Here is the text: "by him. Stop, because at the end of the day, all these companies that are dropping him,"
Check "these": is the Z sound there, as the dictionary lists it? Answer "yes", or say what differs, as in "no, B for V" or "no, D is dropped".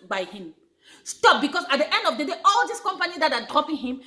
no, S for Z